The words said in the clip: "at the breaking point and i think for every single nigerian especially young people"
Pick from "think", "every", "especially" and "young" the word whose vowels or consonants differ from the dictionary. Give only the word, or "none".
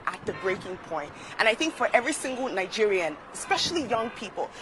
none